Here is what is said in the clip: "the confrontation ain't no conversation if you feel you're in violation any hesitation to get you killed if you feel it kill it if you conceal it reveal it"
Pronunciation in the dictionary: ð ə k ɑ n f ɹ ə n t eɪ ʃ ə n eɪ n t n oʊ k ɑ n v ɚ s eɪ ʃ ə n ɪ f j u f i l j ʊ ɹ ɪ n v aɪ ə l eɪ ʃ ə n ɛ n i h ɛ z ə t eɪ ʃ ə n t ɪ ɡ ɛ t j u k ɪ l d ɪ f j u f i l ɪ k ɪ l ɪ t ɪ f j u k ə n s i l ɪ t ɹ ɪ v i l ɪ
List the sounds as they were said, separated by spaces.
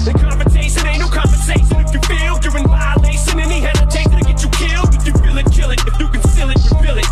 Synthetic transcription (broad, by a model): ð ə k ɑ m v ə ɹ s eɪ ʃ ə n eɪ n n oʊ k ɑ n v ɚ s eɪ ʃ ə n ɪ f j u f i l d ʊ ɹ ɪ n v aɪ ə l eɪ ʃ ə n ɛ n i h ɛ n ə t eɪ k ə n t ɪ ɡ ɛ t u k ɪ l d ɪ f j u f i l ɪ k ɪ l ɪ t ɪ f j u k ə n s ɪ l ɪ t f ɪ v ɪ l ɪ